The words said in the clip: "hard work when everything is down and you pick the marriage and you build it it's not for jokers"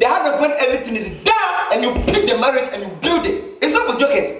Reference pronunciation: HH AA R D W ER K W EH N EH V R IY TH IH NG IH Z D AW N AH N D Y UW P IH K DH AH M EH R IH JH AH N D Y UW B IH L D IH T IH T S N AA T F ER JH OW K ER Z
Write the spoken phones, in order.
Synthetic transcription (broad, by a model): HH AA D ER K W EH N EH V R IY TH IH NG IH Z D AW AH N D Y UW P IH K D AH M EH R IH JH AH N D Y UW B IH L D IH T IH T S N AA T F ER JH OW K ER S